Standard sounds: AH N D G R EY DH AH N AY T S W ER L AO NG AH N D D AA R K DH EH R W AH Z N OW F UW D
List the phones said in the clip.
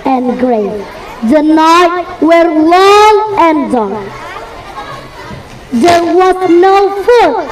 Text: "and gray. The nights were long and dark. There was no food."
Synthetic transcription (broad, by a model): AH N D G R EY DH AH N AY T W ER L AO NG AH N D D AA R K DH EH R W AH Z N OW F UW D